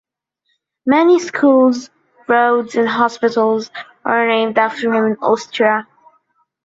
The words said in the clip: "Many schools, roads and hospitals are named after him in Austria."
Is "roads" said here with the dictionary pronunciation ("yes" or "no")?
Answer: yes